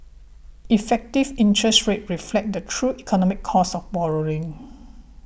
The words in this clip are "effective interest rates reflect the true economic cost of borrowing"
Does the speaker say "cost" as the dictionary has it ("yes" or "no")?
no